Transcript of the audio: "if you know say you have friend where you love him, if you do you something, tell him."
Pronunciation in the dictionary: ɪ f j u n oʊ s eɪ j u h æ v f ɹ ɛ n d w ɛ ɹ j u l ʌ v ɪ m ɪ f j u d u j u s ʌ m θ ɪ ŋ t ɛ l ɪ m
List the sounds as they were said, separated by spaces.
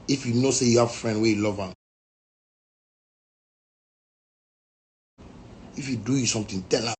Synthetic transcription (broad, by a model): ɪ f j u n oʊ s eɪ j u h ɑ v f ɹ ɛ n d w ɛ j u l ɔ v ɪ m ɪ f j u d u j u s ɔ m t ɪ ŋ t ɛ l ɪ